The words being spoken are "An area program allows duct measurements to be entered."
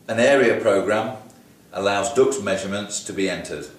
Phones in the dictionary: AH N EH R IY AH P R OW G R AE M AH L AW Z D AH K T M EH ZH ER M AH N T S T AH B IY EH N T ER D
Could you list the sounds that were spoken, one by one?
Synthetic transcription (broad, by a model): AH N EH R IY AH P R OW G R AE M AH L AW Z D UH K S M EH ZH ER M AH N T S T AH B IY EH N T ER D